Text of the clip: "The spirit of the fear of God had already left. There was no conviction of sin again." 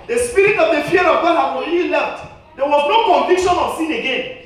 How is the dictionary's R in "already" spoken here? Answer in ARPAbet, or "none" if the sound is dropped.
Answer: none